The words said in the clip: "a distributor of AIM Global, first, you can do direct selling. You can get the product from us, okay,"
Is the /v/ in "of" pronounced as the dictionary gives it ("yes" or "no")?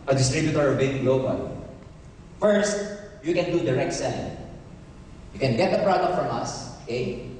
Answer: no